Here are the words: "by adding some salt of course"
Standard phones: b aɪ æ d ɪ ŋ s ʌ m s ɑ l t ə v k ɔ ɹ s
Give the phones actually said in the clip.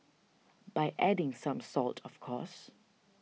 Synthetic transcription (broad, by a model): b aɪ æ d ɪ ŋ s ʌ m s ɑ l t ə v k ɔ s